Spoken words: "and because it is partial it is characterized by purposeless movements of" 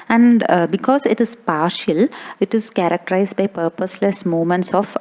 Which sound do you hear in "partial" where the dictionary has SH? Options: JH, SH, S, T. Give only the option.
SH